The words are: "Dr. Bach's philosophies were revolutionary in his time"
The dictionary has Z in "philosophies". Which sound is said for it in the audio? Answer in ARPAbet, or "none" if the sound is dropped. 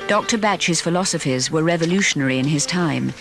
Z